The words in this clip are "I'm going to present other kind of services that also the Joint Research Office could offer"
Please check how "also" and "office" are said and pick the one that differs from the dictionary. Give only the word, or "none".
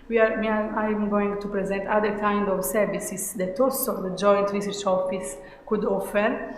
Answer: also